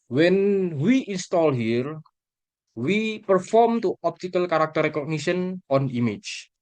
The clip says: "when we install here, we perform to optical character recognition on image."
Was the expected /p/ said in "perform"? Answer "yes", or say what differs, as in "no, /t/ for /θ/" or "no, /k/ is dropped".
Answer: yes